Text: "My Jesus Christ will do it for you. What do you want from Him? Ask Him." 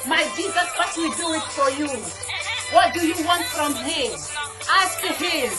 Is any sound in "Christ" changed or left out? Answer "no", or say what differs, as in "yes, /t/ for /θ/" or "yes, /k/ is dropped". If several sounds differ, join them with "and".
yes, /s/ is dropped